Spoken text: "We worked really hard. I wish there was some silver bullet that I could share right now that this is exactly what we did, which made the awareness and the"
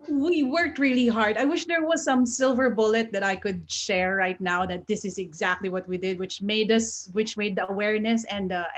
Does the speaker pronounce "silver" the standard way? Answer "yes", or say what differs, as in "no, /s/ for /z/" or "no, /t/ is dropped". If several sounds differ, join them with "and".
yes